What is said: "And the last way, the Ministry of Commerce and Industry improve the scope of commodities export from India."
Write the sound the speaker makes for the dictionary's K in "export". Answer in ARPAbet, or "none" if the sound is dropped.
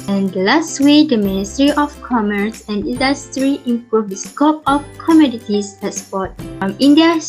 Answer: none